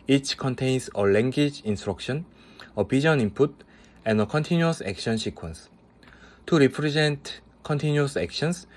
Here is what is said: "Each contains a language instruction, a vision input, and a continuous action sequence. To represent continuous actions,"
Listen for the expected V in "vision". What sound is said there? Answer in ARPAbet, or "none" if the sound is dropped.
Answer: P